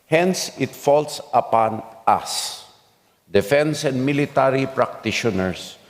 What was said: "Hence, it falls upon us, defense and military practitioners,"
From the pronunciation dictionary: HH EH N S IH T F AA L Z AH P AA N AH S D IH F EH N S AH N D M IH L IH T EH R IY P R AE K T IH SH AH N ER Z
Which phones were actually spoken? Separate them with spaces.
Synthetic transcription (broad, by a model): HH EH N S IH T F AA L S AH P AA N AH S D IH F EH N S AH N D M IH L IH T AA R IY P R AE K T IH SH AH N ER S